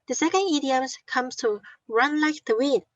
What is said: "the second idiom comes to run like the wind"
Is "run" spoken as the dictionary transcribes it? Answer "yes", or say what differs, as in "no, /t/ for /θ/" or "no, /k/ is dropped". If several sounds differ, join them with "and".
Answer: yes